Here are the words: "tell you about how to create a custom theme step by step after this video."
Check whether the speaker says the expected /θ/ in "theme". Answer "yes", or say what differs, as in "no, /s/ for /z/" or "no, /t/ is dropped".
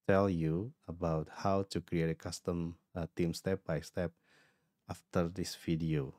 no, /t/ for /θ/